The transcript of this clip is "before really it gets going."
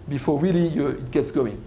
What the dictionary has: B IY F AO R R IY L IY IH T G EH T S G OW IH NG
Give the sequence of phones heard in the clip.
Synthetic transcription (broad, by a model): B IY F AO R L IY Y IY IH T G EH T S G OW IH NG